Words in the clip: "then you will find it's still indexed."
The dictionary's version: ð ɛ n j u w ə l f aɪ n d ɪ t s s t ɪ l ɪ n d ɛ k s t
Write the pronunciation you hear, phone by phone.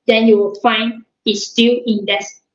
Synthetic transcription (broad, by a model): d ɛ n j u w ə l f aɪ n ɪ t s s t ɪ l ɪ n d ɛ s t